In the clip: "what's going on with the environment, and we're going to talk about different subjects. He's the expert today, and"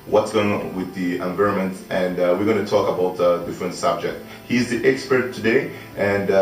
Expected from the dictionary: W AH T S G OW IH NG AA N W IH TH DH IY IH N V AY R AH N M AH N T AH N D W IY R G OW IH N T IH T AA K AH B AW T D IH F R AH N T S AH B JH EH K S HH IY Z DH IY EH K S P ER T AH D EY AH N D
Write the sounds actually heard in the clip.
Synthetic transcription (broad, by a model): W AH T S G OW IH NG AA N W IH DH IY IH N V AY R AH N M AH N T AH N D W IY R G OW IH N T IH T AA K AH B AW T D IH F R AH N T S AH B JH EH K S HH IY Z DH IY EH K S P ER T AH D EY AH N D